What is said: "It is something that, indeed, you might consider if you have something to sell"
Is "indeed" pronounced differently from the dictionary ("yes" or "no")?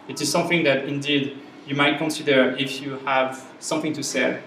no